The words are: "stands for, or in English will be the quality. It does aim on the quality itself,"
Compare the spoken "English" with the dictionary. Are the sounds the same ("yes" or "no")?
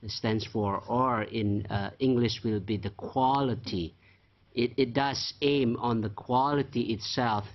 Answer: yes